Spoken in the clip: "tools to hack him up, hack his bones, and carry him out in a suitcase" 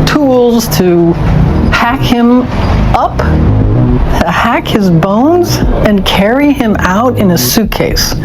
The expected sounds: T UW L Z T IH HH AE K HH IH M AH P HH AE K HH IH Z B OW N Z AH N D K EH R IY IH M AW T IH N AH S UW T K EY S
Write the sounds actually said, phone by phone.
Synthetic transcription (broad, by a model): T UW L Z T IH HH AE K HH IH M AH P HH AE K HH IH Z B OW N Z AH N K EH R IY IH M AW T IH N AH S UW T K EY S